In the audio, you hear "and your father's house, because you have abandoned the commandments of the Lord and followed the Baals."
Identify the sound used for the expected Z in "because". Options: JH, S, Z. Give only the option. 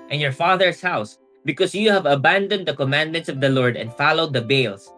S